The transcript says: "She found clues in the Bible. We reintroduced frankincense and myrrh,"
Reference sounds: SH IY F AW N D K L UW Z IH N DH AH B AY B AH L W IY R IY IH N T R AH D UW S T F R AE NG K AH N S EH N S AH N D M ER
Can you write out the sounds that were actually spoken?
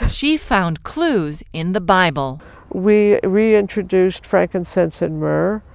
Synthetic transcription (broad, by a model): SH IY F AW N K L UW Z IH N DH AH B AY B AH L W IY R IY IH N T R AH D UW S T F R AE NG K AH N S EH N S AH N M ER